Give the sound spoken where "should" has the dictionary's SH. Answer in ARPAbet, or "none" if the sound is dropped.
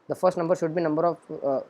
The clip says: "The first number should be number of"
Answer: SH